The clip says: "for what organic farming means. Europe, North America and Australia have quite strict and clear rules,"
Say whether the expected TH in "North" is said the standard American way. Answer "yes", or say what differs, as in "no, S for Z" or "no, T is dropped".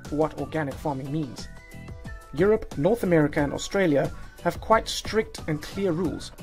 yes